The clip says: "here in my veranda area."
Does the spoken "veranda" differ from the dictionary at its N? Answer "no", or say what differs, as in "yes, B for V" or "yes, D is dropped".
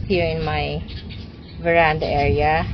no